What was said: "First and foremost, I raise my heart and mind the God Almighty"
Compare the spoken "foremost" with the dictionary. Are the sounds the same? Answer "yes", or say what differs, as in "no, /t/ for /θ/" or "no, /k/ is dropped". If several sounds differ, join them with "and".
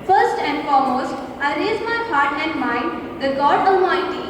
yes